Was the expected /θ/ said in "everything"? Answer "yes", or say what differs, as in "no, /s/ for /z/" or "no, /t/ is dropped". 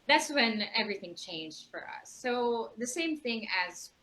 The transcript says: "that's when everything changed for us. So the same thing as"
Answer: yes